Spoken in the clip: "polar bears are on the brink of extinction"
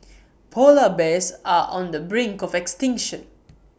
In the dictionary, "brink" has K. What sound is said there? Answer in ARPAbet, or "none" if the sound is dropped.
K